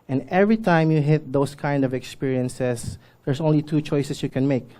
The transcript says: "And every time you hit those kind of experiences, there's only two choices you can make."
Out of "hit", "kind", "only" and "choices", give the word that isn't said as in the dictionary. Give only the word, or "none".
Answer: choices